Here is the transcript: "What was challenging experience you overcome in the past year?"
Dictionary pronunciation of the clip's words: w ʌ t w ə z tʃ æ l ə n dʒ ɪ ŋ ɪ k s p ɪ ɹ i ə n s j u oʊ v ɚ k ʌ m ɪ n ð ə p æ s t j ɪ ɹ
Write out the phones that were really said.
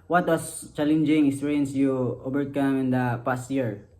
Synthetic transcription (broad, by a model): w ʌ t w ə s tʃ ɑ l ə n dʒ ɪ ŋ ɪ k s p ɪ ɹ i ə n s j u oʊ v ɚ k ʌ m ɪ n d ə p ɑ s t j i ɹ